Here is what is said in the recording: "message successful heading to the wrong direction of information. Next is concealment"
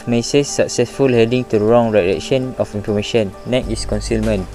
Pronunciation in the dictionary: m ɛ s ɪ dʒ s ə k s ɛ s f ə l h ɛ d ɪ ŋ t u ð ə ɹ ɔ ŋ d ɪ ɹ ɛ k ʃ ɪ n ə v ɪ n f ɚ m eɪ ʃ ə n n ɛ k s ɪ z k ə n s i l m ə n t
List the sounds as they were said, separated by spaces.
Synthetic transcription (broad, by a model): m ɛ s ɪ s ə k s ɛ s f ə l h ɛ d ɪ ŋ t u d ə ɹ ɔ ŋ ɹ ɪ l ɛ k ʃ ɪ n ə f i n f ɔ m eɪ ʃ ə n n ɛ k ɪ s k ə n s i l m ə n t